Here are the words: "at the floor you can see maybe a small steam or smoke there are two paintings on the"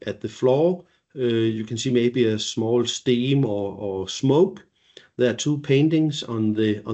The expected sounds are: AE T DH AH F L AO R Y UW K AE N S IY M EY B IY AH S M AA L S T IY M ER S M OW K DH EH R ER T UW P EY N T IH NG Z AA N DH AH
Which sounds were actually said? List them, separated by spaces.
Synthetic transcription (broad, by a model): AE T DH AH F L AO Y UW K AE N S IY M EY B IY AH S M AA L S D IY M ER S M OW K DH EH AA S UW P EY N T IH NG S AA N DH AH